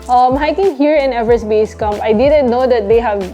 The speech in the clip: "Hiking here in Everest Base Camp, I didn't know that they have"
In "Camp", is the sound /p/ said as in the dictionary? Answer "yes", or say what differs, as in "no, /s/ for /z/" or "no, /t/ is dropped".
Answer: no, /p/ is dropped